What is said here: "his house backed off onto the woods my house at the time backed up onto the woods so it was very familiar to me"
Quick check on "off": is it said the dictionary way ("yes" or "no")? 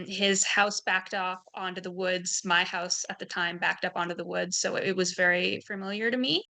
no